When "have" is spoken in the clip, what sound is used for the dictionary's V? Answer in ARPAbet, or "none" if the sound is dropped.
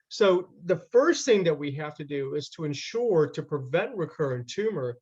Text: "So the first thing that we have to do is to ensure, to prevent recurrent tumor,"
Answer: F